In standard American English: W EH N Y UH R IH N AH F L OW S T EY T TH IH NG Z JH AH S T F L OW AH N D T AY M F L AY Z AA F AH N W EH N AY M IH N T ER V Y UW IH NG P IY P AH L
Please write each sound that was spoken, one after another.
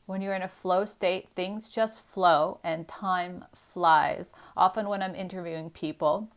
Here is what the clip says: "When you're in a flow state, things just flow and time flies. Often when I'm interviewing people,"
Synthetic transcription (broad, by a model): W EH N Y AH R IH N AH F L OW S T EY T TH IH NG Z JH AH S T F L OW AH N T AY M F L AY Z AA F AH N W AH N AY M IH N T ER V Y UW IH NG P IY P L